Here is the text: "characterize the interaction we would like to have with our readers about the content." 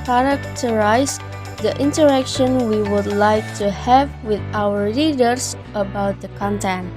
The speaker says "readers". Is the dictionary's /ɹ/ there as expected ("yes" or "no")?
no